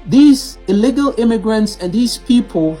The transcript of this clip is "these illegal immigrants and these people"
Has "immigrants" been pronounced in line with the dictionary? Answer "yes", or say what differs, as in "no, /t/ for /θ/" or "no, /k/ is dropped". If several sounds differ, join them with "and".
yes